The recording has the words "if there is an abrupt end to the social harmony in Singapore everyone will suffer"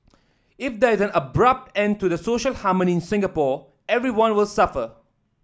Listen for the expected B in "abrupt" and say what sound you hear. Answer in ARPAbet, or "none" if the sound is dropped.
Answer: B